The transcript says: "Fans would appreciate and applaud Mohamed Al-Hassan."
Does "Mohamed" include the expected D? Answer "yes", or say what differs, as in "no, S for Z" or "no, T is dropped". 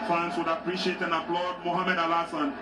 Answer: yes